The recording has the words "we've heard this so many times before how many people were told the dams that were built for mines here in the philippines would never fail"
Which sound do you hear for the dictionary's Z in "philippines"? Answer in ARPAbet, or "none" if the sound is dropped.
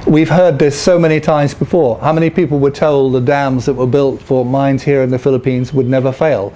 Z